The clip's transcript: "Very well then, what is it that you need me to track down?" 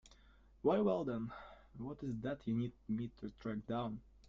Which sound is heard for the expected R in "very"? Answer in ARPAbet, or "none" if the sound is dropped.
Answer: none